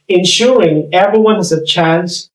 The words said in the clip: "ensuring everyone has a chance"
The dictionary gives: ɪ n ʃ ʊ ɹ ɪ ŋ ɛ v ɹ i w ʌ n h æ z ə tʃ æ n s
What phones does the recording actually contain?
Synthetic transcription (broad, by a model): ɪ n ʃ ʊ ɹ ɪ ŋ ɛ v ɹ i w ʌ n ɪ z ə tʃ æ n s